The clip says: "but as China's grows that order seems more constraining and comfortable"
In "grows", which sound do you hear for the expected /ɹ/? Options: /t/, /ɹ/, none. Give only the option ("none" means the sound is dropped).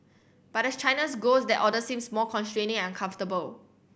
none